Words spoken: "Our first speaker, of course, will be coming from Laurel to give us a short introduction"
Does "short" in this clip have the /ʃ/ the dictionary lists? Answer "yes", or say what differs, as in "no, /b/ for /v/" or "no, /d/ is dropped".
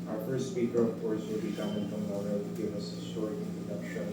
no, /s/ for /ʃ/